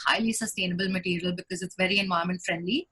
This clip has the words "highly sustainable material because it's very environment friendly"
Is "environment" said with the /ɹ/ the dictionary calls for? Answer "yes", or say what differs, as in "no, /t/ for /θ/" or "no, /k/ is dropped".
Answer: no, /ɹ/ is dropped